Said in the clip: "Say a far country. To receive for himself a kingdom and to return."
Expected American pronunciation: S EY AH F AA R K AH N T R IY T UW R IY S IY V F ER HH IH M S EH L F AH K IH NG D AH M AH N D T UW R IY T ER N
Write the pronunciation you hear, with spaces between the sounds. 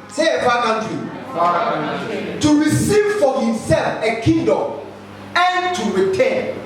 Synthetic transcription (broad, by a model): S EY AH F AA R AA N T IY T UW R IY S IY V F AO HH IH M S EH L F AH K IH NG D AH M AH N T UW R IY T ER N